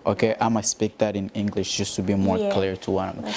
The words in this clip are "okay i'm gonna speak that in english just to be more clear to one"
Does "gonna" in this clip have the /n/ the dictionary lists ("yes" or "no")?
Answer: no